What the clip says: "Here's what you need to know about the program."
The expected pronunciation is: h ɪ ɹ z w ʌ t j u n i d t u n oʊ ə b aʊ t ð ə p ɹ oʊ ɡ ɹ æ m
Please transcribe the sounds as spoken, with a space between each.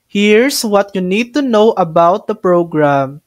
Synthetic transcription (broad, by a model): h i ɹ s w ʌ t j u n i d t u n oʊ ə b aʊ t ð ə p ɹ oʊ ɡ ɹ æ m